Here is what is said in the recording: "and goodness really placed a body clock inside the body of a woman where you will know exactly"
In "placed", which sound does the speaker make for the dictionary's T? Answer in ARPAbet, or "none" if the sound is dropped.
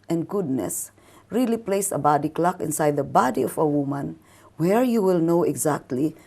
none